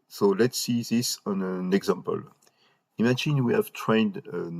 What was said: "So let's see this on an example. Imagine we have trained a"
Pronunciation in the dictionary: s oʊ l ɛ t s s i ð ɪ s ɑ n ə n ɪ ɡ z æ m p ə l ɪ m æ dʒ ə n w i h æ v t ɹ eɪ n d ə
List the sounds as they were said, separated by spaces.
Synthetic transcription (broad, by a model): s oʊ l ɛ t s s i ð ɪ s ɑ n ə n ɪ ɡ z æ m p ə l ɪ m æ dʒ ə n w i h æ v t ɹ eɪ n d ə